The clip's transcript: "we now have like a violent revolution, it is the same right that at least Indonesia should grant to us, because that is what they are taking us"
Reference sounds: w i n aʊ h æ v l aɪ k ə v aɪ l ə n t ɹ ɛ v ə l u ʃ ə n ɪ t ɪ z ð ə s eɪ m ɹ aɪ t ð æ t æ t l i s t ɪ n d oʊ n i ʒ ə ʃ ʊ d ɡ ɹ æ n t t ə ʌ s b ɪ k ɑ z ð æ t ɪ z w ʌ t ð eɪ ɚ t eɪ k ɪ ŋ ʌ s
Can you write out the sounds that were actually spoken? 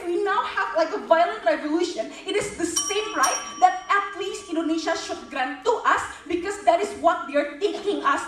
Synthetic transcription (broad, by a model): w i n aʊ h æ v l aɪ k ə v aɪ l ə n t ɹ ɛ v ə l u ʃ ə n ɪ t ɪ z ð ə s eɪ m ɹ aɪ t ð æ t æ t l i s t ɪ n d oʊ n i ʃ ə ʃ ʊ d ɡ ɹ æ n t t ə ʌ s b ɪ k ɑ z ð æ t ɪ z w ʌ t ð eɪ ɚ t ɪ k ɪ ŋ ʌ s